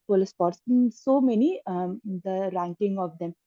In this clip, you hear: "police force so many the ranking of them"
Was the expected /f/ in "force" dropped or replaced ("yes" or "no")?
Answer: yes